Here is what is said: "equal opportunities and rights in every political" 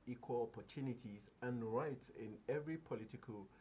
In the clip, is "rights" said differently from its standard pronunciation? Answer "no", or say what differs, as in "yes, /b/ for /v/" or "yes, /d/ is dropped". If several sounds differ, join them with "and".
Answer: no